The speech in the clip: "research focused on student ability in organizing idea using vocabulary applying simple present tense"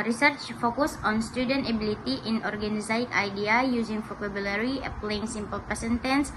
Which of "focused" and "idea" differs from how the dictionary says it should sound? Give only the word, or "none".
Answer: focused